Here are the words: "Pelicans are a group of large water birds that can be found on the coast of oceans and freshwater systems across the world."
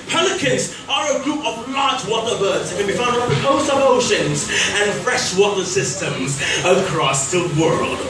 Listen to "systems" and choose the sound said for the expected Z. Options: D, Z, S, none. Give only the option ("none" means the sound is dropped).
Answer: Z